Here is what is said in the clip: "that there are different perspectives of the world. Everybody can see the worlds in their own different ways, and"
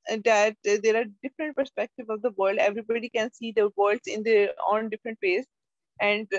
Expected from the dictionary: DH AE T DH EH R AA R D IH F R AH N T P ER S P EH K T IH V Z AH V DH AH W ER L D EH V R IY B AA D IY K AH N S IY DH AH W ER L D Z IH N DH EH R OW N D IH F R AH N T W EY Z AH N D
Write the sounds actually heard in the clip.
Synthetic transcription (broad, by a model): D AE T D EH R AA R D IH F R AH N T P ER S P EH K T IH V AH V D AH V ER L D EH V R IY B AA D IY K AH N S IY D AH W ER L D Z IH N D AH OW N D IH F R AH N T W EY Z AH N D